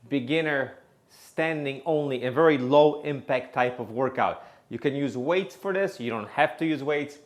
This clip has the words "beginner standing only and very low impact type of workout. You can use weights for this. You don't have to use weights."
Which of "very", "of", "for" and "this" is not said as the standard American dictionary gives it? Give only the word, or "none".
none